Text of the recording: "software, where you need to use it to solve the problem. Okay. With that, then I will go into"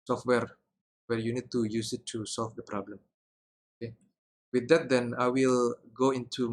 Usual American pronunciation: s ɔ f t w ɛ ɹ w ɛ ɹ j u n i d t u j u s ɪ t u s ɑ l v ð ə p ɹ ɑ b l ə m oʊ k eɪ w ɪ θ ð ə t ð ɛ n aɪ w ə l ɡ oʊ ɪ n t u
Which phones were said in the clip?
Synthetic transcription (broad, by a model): s ɔ f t w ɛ ɹ w ɛ ɹ j u n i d t u j u s ɪ t u s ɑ l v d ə p ɹ ɑ b l ə m oʊ k eɪ w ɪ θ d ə t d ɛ n aɪ w ə l ɡ oʊ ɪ n t u